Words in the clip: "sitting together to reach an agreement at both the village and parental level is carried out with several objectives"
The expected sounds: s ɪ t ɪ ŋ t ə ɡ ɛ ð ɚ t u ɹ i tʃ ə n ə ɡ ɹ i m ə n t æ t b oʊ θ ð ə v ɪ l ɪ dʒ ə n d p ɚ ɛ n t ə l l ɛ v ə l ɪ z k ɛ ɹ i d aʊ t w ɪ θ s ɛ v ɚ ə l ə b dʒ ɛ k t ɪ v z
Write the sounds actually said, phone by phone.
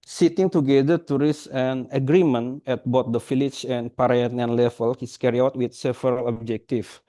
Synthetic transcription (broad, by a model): s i t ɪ ŋ t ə ɡ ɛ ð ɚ t u ɹ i s ə n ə ɡ ɹ i m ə n ɛ t b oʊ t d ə f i l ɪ tʃ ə n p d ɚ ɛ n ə n l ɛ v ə l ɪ s k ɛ ɹ i aʊ t w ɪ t s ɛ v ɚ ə l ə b dʒ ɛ k t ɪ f